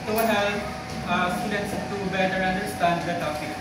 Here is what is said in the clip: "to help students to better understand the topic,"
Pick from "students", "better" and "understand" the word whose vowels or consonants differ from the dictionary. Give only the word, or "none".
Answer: students